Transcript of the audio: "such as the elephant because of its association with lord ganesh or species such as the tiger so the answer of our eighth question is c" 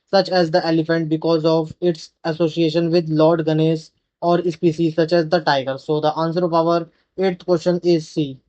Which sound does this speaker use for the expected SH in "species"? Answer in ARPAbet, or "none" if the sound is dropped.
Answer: S